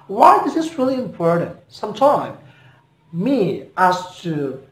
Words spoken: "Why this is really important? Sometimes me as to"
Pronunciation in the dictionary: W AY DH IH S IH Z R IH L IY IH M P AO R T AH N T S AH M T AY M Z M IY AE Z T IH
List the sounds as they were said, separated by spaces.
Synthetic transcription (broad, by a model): W AY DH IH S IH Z R IH L IY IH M P AO R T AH N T S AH M T AY M M IY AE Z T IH